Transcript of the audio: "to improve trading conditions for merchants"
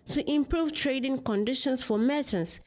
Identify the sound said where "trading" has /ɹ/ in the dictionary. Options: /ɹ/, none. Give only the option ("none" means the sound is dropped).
/ɹ/